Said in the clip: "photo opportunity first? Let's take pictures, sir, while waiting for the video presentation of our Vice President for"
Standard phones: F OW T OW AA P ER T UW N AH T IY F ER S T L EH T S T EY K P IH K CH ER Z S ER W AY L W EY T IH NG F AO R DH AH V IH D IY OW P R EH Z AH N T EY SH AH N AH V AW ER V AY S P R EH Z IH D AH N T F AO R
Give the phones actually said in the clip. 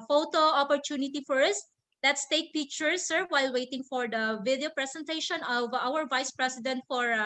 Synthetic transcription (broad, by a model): F OW T OW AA P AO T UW N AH T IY F ER S T L EH T S T EY K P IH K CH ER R S ER W AY L W EY T IH NG F AO R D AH V IH D IY OW P R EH S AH N T EY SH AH N AH V AW ER V AY S P R EH S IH D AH N T F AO R